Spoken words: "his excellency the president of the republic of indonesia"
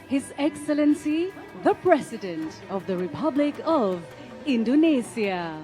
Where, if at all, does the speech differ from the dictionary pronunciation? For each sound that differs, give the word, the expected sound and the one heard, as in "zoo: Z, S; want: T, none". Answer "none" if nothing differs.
president: Z, S